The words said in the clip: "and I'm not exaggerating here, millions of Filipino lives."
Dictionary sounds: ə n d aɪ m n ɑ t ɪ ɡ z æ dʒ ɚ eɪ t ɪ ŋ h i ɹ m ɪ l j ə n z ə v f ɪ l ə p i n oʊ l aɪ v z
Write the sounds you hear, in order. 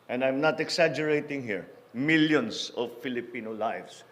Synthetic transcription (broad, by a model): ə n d aɪ m n ɑ t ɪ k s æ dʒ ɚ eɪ t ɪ ŋ h i ɹ m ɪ l j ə n s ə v f ɪ l ə p i n oʊ l aɪ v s